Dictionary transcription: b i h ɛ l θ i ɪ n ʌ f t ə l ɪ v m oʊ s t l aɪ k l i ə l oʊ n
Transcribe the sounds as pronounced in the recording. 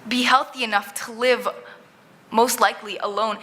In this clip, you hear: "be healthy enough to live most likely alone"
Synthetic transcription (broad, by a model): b i h ɛ l θ i ɪ n ʌ f t ə l ɪ v m oʊ s t l aɪ k l i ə l oʊ n